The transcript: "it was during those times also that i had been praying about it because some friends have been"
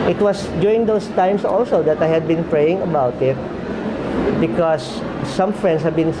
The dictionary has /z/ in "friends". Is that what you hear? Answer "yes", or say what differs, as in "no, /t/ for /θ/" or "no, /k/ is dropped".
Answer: no, /s/ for /z/